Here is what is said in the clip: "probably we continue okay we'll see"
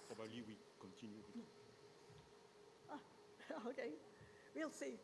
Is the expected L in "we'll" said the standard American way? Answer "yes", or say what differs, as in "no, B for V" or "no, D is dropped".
yes